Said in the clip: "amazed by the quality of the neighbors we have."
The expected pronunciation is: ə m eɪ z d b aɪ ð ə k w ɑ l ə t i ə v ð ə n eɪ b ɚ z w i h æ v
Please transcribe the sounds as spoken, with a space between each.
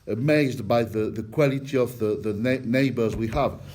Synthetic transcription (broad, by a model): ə m eɪ z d b aɪ ð ə k w ɑ l ə t i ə v ð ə n eɪ b ɚ z w i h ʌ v